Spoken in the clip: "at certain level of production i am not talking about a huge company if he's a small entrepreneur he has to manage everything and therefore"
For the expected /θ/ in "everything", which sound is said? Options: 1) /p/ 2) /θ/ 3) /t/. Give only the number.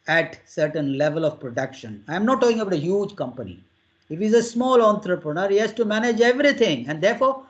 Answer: 3